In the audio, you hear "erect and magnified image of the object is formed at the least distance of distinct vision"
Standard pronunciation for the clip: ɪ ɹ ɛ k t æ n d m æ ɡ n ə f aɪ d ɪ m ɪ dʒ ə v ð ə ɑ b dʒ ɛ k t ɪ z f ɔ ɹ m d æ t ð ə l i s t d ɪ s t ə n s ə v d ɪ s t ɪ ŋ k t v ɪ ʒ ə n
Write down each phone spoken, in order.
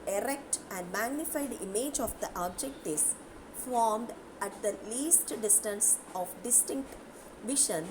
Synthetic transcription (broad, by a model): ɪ ɹ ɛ k t æ n d m æ ɡ n ə f aɪ d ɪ m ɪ dʒ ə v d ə ɑ b dʒ ɛ k t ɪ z f ɔ ɹ m d æ t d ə l i s t d ɪ s t ə n s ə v d ɪ s t ɪ ŋ k t v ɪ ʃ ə n